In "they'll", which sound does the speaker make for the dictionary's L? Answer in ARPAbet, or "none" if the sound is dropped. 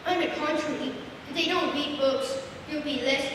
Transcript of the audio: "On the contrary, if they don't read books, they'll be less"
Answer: W